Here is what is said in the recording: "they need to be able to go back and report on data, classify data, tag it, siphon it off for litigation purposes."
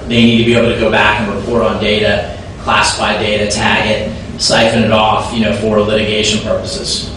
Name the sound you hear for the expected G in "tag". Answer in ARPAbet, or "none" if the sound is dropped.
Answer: G